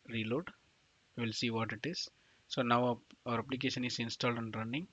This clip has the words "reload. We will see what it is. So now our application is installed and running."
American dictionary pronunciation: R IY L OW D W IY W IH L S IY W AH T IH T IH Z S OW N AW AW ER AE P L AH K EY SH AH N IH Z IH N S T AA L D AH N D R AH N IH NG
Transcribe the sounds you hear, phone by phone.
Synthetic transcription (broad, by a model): R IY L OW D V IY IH L S IY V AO T IH T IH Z S OW N AW AW ER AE P L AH K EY SH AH N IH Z IH N S T AA L D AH N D R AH N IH NG